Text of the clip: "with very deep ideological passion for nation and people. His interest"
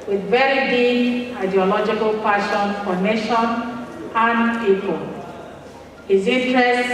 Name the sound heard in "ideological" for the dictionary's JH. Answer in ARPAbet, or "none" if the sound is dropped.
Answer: JH